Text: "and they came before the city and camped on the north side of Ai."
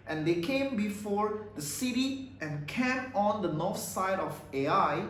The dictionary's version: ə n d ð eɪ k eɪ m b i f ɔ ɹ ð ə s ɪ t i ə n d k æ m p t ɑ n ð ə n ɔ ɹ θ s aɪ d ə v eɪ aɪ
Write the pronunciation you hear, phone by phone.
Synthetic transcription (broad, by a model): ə n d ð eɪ k eɪ m b i f ɔ ɹ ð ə s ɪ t i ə n k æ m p ɑ n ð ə n ɔ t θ s aɪ d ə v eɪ aɪ